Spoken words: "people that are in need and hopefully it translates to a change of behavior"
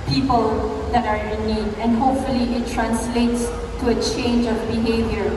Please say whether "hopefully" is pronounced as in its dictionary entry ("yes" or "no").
yes